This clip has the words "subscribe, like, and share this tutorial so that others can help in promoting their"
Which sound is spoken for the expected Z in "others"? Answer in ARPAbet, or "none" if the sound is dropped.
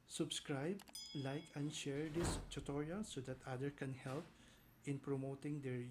none